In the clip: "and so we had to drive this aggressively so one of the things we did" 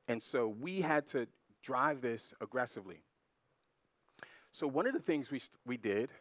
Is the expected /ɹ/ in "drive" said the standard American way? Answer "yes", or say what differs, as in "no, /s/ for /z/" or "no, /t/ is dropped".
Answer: yes